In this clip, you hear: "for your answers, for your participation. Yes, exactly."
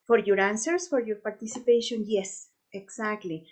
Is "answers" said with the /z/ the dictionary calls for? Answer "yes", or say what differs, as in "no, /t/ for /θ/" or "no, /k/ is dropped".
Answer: no, /s/ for /z/